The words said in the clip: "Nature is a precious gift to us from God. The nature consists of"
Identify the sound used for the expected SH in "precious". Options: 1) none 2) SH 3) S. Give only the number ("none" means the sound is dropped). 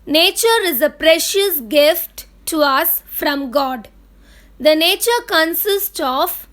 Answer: 2